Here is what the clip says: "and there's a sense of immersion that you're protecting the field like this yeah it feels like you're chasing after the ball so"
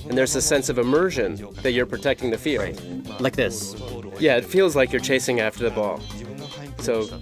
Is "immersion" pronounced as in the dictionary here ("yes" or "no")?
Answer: yes